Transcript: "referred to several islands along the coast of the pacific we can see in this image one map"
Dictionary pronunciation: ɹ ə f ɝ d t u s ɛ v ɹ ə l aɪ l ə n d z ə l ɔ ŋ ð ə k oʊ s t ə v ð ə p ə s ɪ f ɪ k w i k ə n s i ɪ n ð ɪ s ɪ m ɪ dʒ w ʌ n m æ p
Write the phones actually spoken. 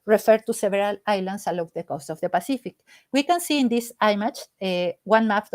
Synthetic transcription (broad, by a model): ɹ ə f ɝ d t u s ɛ b ɹ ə l aɪ l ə n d s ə l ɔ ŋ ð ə k oʊ s t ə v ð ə p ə s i f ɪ k w i k ə n s i ɪ n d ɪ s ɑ m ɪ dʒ w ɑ n m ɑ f